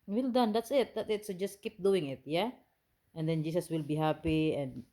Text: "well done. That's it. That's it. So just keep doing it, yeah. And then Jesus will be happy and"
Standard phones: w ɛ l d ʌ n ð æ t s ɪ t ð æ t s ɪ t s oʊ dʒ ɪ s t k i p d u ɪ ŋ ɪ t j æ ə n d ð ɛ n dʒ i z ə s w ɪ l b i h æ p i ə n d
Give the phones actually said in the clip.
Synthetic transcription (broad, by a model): w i l d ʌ n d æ t s ɪ t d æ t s ɪ t s oʊ dʒ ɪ s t k i p d u ɪ ŋ ɪ t j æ ə n d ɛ n dʒ i s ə s w ɪ l b i h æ p i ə n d